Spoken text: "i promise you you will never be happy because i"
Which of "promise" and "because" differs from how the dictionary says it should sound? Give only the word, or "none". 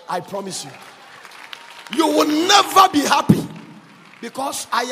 because